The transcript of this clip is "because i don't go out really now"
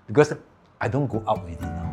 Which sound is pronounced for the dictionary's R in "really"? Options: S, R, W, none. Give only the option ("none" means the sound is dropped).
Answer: W